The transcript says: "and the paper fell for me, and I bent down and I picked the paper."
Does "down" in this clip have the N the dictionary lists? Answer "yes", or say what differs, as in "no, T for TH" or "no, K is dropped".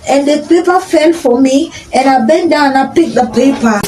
no, N is dropped